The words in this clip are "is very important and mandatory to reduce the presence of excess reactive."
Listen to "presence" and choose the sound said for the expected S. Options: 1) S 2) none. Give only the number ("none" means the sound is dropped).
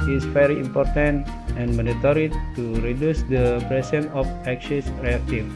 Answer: 2